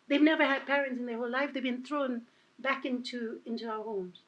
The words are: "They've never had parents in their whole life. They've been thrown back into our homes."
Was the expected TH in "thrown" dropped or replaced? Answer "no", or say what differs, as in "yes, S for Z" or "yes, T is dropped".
no